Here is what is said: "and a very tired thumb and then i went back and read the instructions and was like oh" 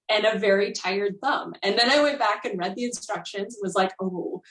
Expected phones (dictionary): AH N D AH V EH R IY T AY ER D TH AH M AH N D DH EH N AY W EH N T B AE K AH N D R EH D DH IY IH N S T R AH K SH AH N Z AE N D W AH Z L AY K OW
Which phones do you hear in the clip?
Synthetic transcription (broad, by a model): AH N AH V EH R IY T AY ER D TH AH M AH N DH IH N AY W EH N B AE K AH N R EH D DH IY IH N S T R AH K SH AH N Z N W AH Z L AY K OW